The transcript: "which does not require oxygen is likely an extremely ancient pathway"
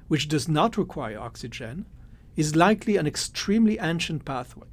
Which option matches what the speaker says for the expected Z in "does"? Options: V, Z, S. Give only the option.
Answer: Z